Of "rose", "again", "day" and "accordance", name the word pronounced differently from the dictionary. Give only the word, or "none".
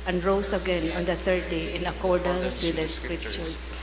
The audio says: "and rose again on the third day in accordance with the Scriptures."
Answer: rose